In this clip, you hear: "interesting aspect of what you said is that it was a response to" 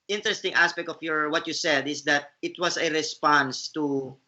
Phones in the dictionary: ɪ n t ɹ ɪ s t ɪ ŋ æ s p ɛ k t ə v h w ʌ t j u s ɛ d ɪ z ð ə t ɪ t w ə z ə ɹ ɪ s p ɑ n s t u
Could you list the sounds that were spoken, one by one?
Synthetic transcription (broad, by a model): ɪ n t ɹ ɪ s t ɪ ŋ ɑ s p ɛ k t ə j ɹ w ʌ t j u s ɛ d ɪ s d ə t ɪ t w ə s ə ɹ ɪ s p ɑ n s t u